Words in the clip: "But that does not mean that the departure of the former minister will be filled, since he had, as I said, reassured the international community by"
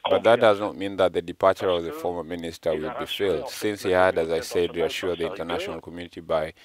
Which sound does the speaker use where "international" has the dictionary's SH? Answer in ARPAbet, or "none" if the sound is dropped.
SH